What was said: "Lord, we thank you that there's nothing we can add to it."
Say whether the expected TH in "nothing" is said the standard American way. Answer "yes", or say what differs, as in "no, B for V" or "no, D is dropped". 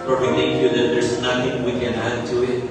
no, T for TH